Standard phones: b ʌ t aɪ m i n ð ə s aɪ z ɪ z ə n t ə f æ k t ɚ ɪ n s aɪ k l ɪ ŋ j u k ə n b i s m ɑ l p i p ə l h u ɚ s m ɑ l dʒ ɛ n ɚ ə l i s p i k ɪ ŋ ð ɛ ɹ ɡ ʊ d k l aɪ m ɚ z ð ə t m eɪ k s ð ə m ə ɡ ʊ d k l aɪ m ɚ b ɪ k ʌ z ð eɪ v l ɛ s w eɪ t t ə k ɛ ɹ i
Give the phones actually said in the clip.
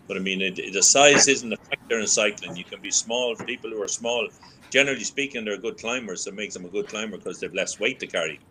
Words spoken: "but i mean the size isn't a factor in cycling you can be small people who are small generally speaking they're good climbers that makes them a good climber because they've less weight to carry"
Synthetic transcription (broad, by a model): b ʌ t aɪ m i n ð ə s aɪ z ɪ z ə n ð ə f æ k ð ɚ ɪ n s aɪ k l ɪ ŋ j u k ə n b i s m ɑ l p i p ə l h u ɚ s m ɑ l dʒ ɛ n ɚ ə l i s p i k ɪ ŋ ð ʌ ɹ ɡ ʊ d k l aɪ m ɚ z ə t m eɪ k s ð ə m ə ɡ ʊ d k l aɪ m ɚ k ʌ z ð eɪ v l ɛ s w eɪ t t ə k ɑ ɹ i